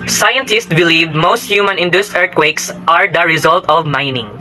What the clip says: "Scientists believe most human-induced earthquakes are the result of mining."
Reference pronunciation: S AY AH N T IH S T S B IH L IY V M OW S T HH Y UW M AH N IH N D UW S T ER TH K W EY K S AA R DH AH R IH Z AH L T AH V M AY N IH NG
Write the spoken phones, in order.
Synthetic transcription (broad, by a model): S AY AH N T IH S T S B IH L IY V M OW S T HH Y UW M AH N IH N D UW S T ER T K W EY K S AA R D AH R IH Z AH L T AH V M AY N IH NG